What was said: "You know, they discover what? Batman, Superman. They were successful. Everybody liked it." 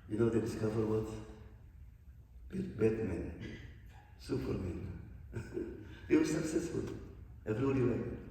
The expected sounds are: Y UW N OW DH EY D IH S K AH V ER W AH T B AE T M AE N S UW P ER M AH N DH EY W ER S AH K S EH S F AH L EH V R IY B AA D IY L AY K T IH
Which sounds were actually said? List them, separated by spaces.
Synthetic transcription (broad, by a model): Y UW N OW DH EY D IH S K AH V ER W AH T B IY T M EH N S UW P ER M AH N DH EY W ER S AH K S EH S F AH L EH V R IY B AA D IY W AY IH